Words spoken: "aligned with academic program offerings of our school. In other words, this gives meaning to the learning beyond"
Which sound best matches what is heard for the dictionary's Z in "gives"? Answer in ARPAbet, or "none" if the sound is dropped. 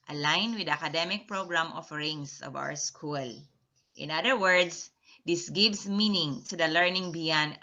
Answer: S